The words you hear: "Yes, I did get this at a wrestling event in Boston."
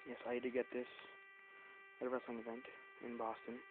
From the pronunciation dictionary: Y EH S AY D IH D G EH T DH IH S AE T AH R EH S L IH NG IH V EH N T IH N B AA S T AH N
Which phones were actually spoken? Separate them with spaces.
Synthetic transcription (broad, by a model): Y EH S AY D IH G EH T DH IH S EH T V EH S IH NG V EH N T IH N B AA S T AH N